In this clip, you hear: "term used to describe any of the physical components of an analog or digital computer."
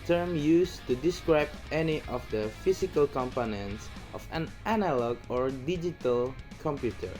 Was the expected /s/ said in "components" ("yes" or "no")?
yes